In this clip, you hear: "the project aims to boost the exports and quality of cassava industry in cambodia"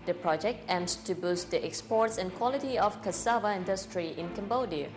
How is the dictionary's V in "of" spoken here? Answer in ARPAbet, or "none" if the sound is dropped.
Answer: F